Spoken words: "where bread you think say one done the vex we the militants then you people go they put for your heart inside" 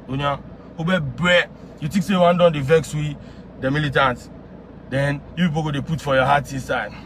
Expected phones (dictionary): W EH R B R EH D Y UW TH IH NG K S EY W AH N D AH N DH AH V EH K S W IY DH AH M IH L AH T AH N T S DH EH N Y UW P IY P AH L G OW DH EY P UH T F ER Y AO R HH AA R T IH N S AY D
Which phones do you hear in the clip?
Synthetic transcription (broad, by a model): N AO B B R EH Y UW T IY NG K S EY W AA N D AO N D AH V EH K S W IY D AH M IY L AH T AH N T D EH N Y UW P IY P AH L G OW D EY P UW T F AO Y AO HH AA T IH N S AY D